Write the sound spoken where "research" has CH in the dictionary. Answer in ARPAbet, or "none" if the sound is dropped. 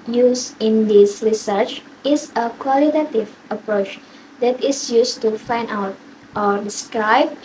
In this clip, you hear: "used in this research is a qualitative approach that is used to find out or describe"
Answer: CH